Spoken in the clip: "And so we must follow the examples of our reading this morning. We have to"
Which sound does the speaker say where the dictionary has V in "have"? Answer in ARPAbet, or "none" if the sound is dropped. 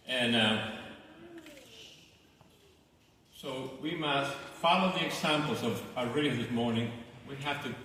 F